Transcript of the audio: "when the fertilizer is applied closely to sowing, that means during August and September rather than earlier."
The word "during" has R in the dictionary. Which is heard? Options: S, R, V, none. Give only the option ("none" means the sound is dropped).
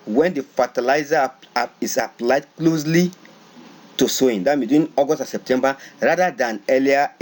none